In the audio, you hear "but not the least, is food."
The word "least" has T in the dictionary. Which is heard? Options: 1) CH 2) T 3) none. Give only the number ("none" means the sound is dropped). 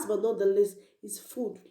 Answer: 3